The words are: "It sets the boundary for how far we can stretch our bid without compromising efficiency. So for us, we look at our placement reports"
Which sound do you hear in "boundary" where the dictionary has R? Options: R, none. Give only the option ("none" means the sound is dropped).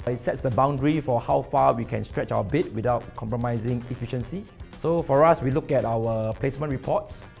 R